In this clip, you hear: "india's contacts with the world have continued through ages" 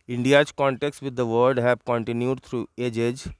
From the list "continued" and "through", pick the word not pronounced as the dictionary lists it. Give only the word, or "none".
through